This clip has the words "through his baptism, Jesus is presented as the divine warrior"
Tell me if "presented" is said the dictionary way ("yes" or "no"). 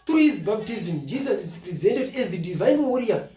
yes